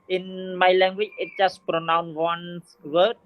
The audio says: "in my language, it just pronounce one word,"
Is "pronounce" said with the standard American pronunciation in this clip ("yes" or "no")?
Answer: no